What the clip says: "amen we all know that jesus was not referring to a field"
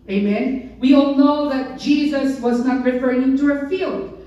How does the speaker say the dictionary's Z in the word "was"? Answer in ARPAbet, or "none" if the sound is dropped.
Z